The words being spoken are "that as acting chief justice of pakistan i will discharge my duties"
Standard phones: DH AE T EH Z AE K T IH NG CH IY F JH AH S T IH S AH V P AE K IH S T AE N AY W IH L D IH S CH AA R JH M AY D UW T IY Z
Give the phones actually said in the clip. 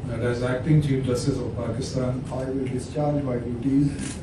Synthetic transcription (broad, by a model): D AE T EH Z AE K T IH NG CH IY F JH AH S T IH S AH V P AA K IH S T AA N AY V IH L D IH S CH AA R JH M AY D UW T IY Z